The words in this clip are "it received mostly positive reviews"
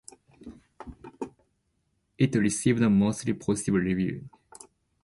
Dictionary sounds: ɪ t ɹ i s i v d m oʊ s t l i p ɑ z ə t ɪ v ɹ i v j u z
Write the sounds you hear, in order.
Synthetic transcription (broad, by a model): ɪ t ɹ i s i v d m oʊ s t l i p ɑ s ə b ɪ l ɹ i v j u